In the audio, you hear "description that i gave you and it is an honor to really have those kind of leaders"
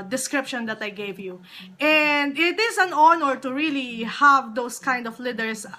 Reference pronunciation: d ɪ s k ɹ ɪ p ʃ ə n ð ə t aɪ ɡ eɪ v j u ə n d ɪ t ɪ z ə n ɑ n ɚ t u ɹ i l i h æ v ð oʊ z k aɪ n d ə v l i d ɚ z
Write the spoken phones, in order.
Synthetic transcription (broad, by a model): d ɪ s k ɹ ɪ p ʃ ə n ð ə t aɪ ɡ eɪ v j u ə n d ɪ t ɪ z ə n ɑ n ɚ t u ɹ i l i h æ v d oʊ s k aɪ n d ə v l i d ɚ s